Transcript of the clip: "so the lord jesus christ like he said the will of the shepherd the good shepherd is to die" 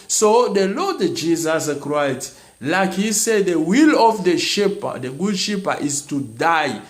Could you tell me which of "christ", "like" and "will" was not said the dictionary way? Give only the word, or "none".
christ